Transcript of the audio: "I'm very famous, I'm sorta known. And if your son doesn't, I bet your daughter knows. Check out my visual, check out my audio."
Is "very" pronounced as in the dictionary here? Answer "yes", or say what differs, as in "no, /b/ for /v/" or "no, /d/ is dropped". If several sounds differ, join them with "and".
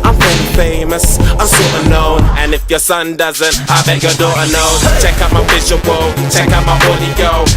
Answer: no, /ɹ/ is dropped